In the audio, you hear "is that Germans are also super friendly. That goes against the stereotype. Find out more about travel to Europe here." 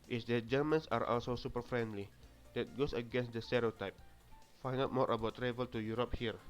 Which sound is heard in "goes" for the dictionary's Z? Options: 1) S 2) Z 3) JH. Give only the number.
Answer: 1